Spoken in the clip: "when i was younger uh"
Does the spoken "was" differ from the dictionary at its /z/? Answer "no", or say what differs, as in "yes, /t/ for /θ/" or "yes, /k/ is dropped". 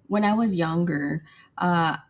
no